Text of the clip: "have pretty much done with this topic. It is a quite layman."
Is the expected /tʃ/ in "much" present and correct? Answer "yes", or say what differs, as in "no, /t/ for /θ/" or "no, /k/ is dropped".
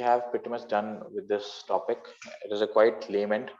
no, /s/ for /tʃ/